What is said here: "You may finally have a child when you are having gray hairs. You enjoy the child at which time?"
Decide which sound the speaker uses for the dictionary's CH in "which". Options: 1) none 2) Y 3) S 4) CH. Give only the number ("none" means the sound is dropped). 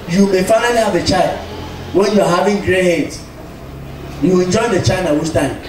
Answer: 3